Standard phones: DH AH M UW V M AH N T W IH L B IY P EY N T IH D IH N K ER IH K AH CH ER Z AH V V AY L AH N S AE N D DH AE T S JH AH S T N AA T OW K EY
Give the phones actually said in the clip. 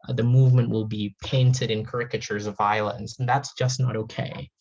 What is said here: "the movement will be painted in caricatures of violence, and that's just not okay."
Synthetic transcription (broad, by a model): DH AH M UW V M AH N T W IH L B IY P EY N T IH D IH N K ER IH K AH CH ER Z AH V V AY L AH N S N DH AE T S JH AH S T N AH T OW K EY